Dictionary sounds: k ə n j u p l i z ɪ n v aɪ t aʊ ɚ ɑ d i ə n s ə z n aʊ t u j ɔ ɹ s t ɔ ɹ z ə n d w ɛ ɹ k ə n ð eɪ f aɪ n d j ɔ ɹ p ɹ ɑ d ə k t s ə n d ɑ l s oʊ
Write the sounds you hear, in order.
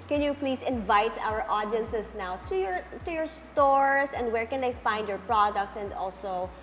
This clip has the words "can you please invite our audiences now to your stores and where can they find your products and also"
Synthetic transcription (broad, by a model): k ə n j u p l i s ɪ n v aɪ t aʊ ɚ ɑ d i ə n s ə s n aʊ t u j ɔ ɹ s t ɔ ɹ s ə n d w ɛ ɹ k ə n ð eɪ f aɪ n d j ɔ ɹ p ɹ ɑ d ə k t s ə n d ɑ l s oʊ